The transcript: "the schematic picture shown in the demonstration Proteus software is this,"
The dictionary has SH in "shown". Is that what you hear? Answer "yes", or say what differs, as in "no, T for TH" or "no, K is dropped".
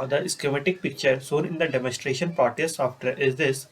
no, S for SH